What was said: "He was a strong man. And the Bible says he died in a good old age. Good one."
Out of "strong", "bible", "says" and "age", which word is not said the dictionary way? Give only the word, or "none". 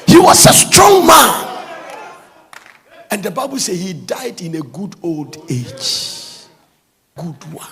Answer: says